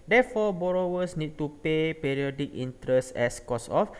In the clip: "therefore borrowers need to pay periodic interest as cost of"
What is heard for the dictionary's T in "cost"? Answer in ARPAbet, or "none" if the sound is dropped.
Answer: none